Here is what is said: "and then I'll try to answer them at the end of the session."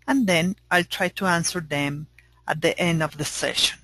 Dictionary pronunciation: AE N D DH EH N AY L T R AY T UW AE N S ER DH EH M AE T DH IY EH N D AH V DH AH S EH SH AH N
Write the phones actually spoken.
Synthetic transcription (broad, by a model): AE N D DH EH N AY L T R AY T UW AE N S ER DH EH M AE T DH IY EH N D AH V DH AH S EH SH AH N